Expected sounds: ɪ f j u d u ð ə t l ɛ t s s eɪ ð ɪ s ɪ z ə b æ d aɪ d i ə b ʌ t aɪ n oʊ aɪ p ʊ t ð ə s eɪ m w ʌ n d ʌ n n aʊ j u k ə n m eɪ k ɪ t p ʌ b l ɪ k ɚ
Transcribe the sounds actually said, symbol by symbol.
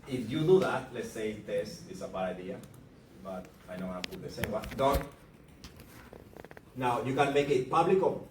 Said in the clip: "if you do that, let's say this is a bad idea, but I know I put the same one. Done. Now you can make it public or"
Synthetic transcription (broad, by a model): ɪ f j u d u ð ə t l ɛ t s s eɪ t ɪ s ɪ s ə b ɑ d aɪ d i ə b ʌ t aɪ n oʊ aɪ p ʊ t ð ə s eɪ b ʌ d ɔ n n aʊ j u k ə n m eɪ k ɪ t p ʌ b l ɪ k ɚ